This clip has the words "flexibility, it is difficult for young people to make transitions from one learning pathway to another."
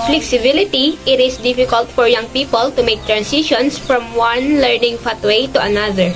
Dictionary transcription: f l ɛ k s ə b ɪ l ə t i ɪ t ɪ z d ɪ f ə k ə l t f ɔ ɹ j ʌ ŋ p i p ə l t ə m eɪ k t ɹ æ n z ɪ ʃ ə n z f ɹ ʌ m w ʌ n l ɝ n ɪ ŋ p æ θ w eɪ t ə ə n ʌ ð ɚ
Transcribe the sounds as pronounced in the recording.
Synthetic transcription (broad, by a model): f l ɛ k s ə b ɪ l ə t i ɪ t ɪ s d ɪ f ə k ə l t f ɔ ɹ j ʌ ŋ p i p ə l t ə m eɪ k t ɹ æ n s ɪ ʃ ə n s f ɹ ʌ m w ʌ n l ɝ n ɪ ŋ f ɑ t w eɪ t ə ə n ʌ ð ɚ